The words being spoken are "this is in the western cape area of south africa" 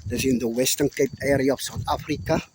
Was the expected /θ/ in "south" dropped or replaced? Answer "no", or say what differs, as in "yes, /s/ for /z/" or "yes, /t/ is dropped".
yes, /t/ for /θ/